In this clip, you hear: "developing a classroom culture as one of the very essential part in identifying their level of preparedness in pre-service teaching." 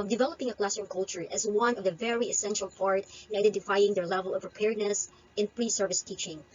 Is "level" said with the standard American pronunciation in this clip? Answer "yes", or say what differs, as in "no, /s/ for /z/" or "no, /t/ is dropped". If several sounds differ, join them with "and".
yes